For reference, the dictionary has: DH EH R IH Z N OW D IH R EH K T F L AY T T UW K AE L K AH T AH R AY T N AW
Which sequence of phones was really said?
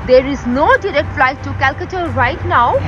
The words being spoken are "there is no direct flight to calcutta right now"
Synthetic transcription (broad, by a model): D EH R IH Z N OW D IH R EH T F L AY T T UW K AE L K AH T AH R AY T N AW